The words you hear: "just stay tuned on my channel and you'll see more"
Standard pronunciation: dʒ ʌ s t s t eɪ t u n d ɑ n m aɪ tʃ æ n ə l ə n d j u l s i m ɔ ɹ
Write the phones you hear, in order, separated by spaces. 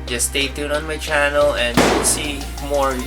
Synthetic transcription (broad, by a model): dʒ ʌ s s t eɪ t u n ɑ n m aɪ tʃ æ n ə l ə n d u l s i m ɔ ɹ